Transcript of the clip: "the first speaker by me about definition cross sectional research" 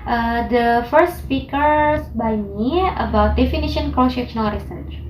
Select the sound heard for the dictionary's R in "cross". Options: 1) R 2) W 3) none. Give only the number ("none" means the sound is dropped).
3